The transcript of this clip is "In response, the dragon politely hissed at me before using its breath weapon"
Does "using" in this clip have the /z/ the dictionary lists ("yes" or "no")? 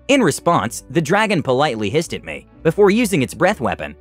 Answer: yes